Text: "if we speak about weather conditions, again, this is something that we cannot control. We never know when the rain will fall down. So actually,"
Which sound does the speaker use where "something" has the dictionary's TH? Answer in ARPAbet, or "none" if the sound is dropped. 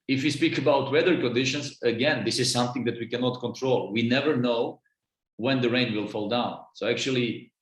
TH